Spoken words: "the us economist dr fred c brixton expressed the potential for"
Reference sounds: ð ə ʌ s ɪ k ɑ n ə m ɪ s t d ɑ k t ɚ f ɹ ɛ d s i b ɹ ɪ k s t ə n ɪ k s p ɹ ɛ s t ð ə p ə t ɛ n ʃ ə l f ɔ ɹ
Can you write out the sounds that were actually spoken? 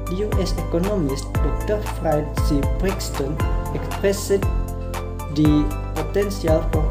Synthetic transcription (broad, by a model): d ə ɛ s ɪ k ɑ n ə m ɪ s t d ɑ k t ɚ f ɹ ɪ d s i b ɹ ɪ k s t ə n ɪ k s p ɹ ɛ s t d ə p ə t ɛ n s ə l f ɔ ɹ